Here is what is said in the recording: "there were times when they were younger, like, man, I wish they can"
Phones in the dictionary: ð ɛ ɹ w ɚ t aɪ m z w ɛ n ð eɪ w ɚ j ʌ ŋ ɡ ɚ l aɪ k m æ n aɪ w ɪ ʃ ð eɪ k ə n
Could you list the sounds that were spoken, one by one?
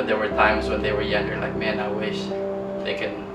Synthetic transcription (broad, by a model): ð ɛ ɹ w ɚ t aɪ m s w ɛ n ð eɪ w ɚ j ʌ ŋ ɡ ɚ l aɪ k m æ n aɪ w ɪ ʃ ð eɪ k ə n